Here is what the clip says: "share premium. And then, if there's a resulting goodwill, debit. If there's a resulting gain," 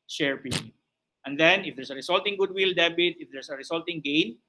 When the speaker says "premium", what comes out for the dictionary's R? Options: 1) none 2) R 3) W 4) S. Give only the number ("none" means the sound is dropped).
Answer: 1